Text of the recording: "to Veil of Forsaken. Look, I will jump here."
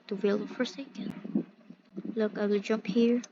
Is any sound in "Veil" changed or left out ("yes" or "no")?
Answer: yes